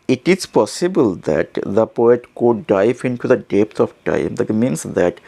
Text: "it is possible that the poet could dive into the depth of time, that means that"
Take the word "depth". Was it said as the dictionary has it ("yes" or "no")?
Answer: no